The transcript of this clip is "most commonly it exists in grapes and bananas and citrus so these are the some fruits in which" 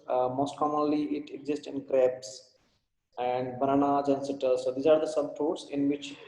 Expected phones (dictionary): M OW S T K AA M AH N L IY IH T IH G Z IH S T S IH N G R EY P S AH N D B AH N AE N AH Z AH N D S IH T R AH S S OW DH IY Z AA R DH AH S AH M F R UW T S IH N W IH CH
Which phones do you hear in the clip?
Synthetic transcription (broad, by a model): M OW S T K AA M AH N L IY IH T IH G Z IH S T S IH N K R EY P S AH N D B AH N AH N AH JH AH N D S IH T AH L S OW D IY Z AA R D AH S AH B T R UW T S IH N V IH CH